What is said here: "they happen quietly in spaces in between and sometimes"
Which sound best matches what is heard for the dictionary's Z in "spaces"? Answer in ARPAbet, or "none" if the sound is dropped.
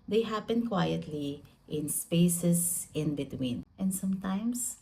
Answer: S